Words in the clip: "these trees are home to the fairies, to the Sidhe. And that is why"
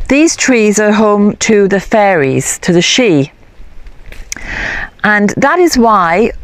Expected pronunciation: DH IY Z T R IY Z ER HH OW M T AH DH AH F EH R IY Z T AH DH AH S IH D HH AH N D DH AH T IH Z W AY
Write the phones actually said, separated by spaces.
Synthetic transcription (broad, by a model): DH IY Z T R IY Z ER HH OW M T AH DH AH F EH R IY Z T AH DH AH SH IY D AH N DH AH T IH Z W AY